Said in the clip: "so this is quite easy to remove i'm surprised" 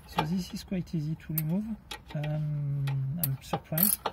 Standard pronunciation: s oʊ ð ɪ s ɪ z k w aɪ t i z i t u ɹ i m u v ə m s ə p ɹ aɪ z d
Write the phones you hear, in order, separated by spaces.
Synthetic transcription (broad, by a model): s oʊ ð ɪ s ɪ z k w aɪ t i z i t u l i m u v ə m s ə p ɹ aɪ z